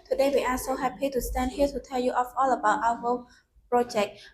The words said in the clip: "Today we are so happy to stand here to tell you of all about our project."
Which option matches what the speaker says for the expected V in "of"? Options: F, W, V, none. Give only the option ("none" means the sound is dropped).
F